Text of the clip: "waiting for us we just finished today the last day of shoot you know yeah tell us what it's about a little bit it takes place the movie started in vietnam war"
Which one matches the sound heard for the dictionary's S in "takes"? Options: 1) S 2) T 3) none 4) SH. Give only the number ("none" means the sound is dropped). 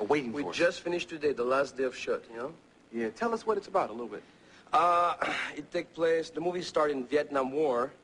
3